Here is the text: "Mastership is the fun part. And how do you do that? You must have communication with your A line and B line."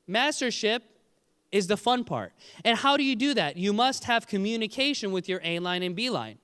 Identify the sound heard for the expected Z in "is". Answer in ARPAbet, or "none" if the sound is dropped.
Z